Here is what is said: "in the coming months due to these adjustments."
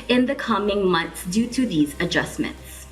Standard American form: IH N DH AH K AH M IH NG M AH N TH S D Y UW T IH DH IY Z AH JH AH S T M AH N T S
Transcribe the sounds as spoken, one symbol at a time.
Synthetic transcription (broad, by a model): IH N DH AH K AH M IH NG M AH N TH S D Y UW T IH DH IY Z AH JH AH S M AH N T S